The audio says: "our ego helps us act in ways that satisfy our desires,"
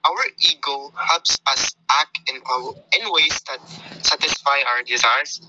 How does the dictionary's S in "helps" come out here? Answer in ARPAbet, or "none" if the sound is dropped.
S